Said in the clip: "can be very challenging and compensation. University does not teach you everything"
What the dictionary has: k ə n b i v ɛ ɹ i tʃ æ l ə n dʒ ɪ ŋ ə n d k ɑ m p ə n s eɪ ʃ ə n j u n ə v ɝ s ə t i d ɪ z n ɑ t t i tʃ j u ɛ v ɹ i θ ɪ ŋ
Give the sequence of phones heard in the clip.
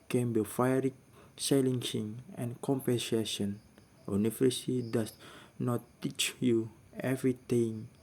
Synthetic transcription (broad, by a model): k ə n b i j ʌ ɹ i s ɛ l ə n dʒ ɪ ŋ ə n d k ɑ m p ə n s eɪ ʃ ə n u n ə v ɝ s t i d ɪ s n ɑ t t i tʃ j u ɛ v ɹ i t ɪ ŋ